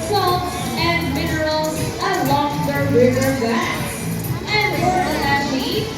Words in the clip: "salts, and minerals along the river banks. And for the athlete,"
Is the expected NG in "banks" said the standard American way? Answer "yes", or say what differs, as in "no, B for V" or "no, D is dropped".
no, NG is dropped